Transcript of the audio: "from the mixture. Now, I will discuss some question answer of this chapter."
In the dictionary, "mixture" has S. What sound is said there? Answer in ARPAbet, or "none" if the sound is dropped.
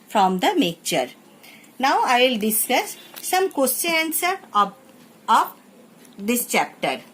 none